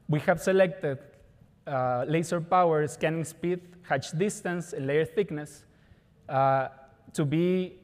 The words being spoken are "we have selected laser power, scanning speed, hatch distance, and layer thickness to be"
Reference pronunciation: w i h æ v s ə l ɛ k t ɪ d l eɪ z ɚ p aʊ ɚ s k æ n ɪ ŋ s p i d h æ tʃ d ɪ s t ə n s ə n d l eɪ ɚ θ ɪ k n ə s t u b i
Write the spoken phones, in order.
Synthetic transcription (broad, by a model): w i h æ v s ə l ɛ k t ɪ d l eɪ s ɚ p aʊ ɚ s k æ n ɪ ŋ s p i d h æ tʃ d ɪ s t ə n s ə n l eɪ ɚ θ ɪ k n ə s t u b i